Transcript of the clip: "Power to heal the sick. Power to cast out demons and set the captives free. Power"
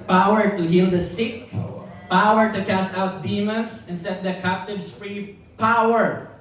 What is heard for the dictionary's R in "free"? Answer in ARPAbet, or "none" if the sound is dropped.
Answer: R